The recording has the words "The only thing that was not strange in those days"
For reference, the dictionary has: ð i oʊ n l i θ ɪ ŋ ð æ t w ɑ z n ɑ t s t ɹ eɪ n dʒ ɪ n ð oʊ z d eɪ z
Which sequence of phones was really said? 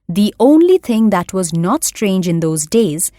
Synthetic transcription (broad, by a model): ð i oʊ n l i t ɪ ŋ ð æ t w ɑ z n ɑ t s t ɹ eɪ n dʒ ɪ n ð oʊ z d eɪ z